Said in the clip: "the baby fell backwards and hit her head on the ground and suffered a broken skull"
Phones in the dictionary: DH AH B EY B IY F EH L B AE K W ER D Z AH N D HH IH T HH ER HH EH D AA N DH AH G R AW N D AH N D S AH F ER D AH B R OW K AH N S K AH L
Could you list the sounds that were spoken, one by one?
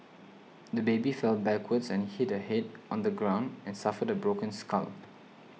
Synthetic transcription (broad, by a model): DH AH B EY B IY F EH L B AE K W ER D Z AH N HH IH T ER HH EH D AA N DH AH G R AW N D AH N S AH F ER D AH B R OW K AH N S K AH L